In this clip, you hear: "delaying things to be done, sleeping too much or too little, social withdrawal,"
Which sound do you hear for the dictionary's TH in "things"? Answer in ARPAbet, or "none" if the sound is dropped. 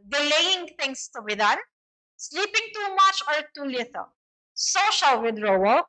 T